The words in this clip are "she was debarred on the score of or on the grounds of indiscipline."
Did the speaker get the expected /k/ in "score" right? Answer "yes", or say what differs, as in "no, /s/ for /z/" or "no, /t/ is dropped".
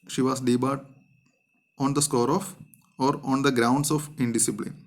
yes